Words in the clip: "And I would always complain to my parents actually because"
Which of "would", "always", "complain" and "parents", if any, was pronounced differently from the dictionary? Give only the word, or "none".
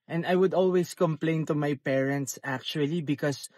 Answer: always